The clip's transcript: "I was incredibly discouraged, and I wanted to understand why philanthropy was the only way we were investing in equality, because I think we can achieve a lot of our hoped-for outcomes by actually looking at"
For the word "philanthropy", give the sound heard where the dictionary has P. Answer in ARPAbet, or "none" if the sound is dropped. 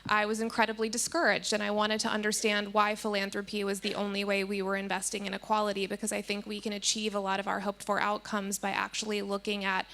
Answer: P